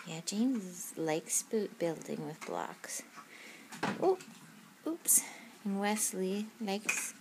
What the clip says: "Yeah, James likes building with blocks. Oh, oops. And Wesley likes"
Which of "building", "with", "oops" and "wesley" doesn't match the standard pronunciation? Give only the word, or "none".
none